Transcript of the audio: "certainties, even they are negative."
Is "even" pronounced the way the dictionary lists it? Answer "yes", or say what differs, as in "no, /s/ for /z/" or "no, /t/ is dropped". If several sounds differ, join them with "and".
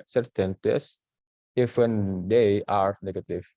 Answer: no, /f/ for /v/